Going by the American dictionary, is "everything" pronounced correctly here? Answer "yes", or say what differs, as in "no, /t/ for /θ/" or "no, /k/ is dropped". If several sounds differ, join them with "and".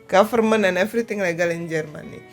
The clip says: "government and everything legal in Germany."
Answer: no, /f/ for /v/ and /t/ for /θ/